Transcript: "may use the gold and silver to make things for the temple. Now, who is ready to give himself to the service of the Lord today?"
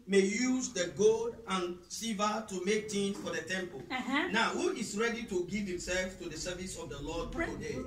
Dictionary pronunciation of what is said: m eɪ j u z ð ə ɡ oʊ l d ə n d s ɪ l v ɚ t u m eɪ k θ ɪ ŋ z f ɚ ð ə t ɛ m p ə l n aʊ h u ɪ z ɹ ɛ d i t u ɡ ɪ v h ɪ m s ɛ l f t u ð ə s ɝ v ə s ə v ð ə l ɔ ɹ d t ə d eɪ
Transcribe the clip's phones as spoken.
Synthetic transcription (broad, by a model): m eɪ j u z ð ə ɡ oʊ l d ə n s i v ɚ t u m eɪ k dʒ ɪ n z f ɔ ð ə t ɛ m p ə l n aʊ h u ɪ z ɹ ɛ d i t u ɡ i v h ɪ m s ɛ l f t u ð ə s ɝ v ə s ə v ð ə l ɔ d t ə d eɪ